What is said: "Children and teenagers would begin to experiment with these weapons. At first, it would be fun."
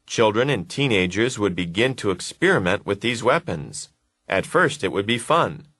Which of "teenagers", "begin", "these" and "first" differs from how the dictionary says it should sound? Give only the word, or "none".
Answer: none